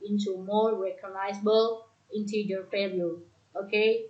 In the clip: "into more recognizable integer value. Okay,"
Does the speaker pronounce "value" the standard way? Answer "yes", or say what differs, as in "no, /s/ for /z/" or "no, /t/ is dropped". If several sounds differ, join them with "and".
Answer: no, /p/ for /v/